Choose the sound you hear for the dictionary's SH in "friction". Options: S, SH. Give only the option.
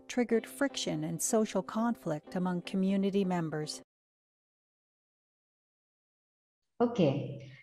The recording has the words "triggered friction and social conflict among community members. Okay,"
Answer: SH